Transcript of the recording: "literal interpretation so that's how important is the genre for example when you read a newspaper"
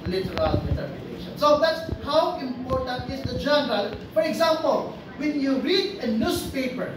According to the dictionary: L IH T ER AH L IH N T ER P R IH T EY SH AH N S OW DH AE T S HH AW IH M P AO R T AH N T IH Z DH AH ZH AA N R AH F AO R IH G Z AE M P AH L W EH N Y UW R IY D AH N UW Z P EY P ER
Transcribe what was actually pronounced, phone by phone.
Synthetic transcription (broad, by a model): L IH T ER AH L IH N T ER R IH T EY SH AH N S OW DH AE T S HH AW IH M P AO R T AH N T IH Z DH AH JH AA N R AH F AO R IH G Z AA M P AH L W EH N Y UW R IY D AH N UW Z P EY P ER